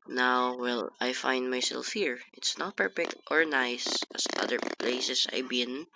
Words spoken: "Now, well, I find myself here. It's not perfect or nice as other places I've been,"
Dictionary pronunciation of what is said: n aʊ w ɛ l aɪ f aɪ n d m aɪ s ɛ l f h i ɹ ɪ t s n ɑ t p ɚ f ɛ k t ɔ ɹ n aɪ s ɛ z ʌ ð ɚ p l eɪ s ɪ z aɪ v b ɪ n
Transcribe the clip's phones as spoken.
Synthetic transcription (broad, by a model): n aʊ w ɛ l aɪ f aɪ n d m aɪ s ɛ l f h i ɹ ɪ t s n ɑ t p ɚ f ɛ k t ɔ ɹ n aɪ s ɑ s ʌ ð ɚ p l eɪ s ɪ s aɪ b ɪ n